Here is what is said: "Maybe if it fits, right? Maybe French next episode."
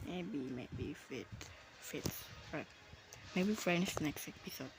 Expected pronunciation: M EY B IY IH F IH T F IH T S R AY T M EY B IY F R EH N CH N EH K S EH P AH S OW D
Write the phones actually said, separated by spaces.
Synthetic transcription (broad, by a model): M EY B IY IH F IH T F IH T S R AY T M EY B IY F R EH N S N EH K S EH P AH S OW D